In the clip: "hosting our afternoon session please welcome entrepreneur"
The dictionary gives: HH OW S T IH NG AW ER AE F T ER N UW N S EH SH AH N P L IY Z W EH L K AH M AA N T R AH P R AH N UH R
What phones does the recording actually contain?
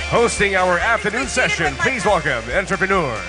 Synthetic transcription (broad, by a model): HH OW S T IH NG AW ER AE F T ER N UW N S EH SH AH N P L IY Z W EH L K AH M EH N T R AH P R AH N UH R